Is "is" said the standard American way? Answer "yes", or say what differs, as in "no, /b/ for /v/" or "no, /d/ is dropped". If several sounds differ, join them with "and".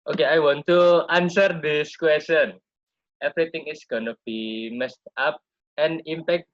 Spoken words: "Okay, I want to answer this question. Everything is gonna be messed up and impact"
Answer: no, /s/ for /z/